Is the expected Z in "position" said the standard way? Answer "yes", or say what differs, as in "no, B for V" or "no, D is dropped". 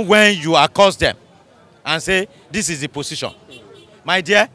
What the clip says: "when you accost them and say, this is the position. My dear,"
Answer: no, S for Z